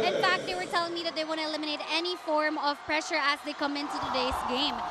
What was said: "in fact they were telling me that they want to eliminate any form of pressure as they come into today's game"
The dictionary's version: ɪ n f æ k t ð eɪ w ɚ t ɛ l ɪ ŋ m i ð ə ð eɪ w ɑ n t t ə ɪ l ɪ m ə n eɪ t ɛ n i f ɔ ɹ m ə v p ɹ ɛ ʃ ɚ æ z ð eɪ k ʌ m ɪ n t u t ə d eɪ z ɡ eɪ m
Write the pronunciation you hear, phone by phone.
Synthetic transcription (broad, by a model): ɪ n f æ k t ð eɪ w ɚ t ɛ l ɪ ŋ m i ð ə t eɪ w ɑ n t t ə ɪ l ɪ m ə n eɪ t ɛ n i f ɔ ɹ m ə v p ɹ ɛ ʃ ɚ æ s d eɪ k ʌ m ɪ n t u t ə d eɪ s ɡ eɪ m